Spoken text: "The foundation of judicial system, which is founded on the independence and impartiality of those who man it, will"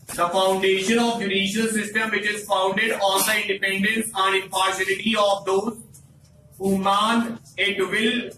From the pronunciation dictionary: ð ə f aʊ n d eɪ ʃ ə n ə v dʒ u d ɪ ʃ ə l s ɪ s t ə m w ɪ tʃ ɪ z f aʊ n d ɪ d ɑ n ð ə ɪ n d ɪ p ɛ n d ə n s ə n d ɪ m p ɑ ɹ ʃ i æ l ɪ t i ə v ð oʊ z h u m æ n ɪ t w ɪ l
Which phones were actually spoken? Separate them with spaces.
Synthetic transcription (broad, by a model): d ə f aʊ n d eɪ ʃ ə n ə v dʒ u d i ʃ ə l s ɪ s t ə m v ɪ tʃ ɪ z f aʊ n d ɪ d ɑ n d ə ɪ n d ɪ p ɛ n d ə n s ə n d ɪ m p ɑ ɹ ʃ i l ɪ t i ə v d oʊ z h u m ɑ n ɪ t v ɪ l